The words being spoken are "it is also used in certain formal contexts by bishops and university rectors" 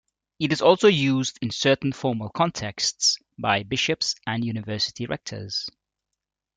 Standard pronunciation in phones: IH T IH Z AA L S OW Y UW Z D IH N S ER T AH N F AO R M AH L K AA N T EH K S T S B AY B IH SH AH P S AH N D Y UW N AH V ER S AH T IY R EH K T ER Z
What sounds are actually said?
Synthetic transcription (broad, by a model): IH T IH Z AA L S OW Y UW Z D IH N S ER T N F AO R M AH L K AA N T EH K S T S B AY B IH SH AH P S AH N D Y UW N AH V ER S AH T IY R EH K T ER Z